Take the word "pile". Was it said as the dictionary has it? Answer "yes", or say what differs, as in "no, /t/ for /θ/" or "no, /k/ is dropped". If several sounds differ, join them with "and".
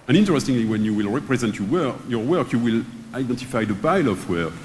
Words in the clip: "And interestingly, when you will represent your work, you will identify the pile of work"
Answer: no, /b/ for /p/